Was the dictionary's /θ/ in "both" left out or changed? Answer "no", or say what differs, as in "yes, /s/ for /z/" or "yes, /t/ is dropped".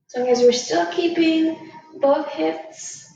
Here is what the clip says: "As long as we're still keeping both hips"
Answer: no